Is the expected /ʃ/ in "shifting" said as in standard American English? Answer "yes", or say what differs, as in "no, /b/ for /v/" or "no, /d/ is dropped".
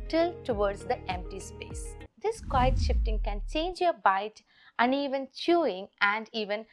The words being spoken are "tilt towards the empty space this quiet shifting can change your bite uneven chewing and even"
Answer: yes